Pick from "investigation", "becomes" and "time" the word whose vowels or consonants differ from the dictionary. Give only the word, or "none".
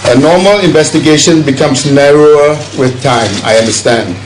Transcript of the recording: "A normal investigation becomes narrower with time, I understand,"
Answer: becomes